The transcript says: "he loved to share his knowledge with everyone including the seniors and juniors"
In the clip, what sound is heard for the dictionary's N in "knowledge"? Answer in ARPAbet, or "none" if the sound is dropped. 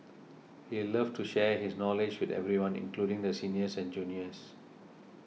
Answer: N